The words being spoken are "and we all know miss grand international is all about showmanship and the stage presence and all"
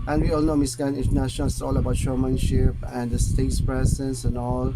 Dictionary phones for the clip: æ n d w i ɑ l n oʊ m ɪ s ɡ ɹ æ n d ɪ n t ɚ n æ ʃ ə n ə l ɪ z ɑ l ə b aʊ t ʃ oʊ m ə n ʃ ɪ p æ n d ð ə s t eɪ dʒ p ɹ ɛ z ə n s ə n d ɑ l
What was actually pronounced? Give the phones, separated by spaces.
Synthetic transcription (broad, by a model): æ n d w i ɑ l n oʊ m ɪ s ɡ æ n ɪ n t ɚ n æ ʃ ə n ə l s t ɑ l ə b aʊ t ʃ oʊ m ə n ʃ ɪ p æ n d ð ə s t eɪ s p ɹ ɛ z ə n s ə n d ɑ l